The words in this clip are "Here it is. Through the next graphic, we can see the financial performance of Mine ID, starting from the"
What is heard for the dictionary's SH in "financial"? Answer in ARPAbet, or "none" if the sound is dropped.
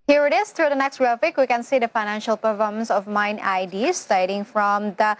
SH